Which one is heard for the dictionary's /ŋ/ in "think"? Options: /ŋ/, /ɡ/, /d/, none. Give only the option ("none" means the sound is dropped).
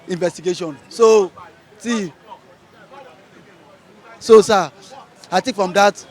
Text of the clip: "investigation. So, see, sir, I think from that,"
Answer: none